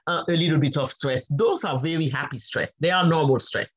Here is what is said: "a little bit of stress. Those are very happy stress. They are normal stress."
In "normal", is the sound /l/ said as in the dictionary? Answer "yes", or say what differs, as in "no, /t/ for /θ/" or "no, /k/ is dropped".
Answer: yes